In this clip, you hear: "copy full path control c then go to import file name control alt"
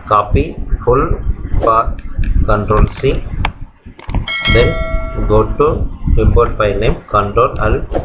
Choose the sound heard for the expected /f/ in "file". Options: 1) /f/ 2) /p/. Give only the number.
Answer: 2